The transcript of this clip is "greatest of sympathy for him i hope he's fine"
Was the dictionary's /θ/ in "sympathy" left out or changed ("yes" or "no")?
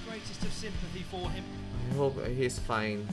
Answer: no